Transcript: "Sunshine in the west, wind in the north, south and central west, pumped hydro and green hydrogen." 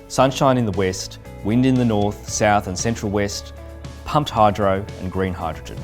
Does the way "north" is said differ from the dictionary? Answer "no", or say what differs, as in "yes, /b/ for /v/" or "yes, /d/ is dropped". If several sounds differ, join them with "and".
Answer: no